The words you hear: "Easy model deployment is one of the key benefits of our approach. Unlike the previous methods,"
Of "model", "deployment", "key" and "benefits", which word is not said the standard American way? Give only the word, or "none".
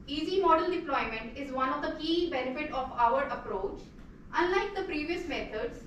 benefits